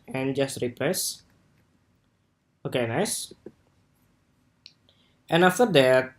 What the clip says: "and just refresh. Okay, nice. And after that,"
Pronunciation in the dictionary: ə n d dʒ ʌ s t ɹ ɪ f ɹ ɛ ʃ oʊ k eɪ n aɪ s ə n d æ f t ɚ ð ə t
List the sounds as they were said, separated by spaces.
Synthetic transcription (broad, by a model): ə n dʒ ʌ s t ɹ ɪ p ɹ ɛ s oʊ k eɪ n aɪ s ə n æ f t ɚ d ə t